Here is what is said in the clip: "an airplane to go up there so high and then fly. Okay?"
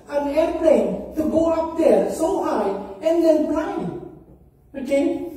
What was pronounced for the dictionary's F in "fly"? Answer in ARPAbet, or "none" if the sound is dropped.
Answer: P